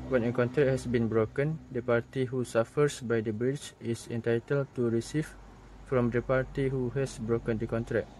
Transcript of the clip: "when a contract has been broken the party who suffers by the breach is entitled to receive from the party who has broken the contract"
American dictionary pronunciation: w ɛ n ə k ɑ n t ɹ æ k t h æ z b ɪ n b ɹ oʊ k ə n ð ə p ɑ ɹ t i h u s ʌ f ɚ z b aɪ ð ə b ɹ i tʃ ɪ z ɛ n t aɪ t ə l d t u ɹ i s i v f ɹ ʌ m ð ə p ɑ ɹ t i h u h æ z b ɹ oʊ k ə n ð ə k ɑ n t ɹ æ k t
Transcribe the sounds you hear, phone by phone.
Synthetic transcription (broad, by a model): w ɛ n ə k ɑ n t ɹ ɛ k h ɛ s b ɪ n b ɹ oʊ k ə n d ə p ɑ ɹ t i h u s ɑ f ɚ s b aɪ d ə b ɹ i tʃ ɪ s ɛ n t aɪ t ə l t u ɹ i s i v f ɹ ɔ m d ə p ɑ ɹ t i h u h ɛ s b ɹ oʊ k ə n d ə k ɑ n t ɹ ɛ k